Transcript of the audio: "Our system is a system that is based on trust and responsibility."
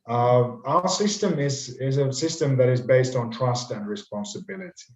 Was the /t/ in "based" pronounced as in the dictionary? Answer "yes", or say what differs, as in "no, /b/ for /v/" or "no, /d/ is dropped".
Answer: yes